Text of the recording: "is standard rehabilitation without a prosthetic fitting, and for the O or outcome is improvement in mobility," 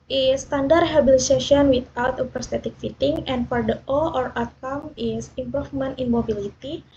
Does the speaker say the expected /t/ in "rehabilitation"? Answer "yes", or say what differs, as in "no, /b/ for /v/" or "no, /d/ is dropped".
no, /s/ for /t/